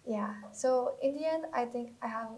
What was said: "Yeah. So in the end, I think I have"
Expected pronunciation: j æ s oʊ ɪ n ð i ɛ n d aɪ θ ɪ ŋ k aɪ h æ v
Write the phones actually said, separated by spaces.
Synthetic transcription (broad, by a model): j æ s oʊ ɪ n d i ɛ n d aɪ t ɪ ŋ k aɪ h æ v